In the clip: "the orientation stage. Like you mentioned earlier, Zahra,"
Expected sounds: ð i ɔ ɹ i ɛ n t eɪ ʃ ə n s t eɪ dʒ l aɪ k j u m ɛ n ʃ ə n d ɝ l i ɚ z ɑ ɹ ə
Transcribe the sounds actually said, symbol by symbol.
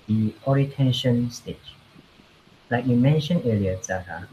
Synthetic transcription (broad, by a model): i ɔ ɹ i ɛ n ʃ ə n s t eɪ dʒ l aɪ k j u m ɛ n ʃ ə n ɝ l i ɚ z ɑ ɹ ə